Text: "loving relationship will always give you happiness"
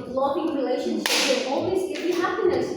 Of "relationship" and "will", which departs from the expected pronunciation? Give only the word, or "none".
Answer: will